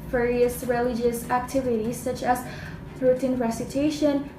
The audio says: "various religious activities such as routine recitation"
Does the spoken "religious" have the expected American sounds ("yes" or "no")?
yes